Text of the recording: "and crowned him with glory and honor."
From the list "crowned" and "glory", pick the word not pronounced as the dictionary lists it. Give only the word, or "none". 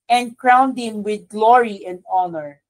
none